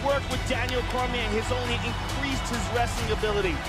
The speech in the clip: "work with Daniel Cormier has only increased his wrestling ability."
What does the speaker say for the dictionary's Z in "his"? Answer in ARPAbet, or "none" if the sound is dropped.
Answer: Z